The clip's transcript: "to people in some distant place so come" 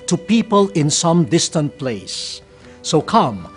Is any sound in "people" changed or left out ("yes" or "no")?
no